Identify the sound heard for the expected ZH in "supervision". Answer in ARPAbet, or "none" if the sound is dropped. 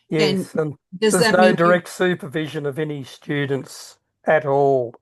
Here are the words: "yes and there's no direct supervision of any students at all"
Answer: ZH